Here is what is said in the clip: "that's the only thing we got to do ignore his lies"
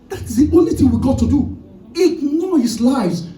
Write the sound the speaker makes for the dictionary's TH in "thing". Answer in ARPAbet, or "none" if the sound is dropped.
TH